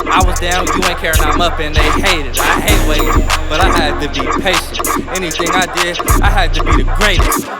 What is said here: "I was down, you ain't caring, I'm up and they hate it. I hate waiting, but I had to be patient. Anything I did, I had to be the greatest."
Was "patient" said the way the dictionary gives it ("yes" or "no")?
yes